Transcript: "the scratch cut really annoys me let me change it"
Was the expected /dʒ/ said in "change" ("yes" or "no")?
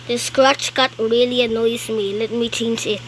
no